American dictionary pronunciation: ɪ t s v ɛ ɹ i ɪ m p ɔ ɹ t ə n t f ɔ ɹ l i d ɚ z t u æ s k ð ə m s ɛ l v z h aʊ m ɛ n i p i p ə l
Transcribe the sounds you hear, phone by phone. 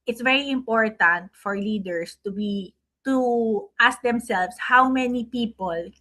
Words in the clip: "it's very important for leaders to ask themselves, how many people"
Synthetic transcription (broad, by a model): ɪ t s v ɛ ɹ i ɪ m p ɔ ɹ t ə n t f ɔ ɹ l i d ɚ s t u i s k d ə m s ɛ l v s h aʊ m ɛ n i p i p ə l